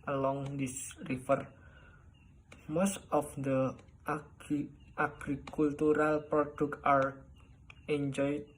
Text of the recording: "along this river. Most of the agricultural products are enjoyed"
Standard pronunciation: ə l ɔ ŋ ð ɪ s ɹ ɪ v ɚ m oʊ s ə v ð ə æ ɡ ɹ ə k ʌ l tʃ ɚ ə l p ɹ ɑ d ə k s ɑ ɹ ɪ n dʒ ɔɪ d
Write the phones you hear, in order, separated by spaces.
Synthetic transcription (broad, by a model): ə l ɔ ŋ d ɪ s ɹ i f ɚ m oʊ s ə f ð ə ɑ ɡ ɹ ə k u l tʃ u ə l p ɹ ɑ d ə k ɑ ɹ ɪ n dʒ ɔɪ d